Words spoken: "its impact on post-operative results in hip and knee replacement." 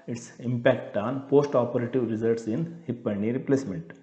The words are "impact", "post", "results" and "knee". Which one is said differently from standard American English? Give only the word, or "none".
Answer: results